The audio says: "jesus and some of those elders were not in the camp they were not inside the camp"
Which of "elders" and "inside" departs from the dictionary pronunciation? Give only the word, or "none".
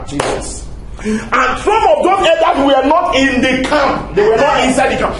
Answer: elders